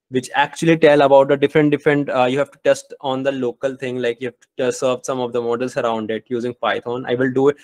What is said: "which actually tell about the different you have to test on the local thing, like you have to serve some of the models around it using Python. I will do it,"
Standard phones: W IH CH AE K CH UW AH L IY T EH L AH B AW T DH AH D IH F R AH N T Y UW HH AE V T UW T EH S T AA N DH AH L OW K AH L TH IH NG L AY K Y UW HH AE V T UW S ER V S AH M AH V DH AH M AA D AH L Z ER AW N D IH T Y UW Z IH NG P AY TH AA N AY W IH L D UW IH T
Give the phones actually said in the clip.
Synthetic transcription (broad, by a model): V IH CH AE K CH UW AH L IY T EH L AH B AW T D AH D IH F R AH N T Y UW HH AE V T UW T EH S T AA N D AH L OW K AH L T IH NG L AY K Y UW HH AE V T UW S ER V S AH M AH V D AH M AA D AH L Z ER AW N D IH T Y UW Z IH NG P AY T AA N AY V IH L D UW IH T